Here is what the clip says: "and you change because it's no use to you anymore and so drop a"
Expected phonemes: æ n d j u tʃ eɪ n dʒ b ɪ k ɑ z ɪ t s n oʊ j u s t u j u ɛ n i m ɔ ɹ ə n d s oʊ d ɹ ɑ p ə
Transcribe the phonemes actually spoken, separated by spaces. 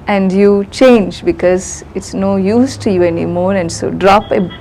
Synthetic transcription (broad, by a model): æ n d j u tʃ eɪ n dʒ b ɪ k ɑ z ɪ t s n oʊ j u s t u j u ɛ n i m ɔ ɹ ə n d s oʊ d ɹ ɑ p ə